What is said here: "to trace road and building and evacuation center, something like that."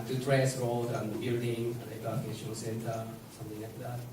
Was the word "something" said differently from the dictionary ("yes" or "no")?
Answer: yes